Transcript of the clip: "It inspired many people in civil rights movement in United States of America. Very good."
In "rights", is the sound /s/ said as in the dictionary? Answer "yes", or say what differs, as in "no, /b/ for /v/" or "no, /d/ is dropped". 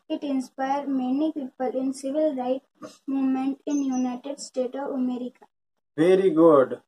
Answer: no, /s/ is dropped